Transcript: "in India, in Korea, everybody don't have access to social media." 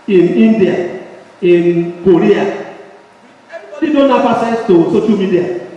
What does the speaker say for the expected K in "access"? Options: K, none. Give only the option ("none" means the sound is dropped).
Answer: none